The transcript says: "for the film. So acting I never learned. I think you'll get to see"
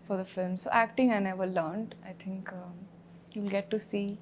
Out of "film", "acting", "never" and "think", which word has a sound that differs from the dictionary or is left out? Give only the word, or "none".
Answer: think